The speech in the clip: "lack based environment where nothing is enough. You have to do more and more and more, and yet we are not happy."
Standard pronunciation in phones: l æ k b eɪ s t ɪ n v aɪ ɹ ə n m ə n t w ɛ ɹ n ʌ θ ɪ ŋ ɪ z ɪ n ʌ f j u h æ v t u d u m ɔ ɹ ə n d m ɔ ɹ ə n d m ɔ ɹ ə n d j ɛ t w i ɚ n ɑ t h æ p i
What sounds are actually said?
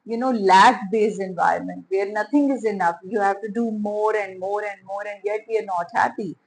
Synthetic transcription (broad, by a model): l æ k b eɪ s ɪ n v aɪ ɹ ə n m ə n t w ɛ ɹ n ʌ t ɪ ŋ ɪ z ɪ n ʌ f j u h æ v t u d u m ɔ ɹ ə n d m ɔ ɹ ə n d m ɔ ɹ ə n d j ɛ t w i ɚ n ɑ t h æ p i